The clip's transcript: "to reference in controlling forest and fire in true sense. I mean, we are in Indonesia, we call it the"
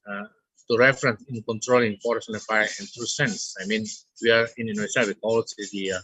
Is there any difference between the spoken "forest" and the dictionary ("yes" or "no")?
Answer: yes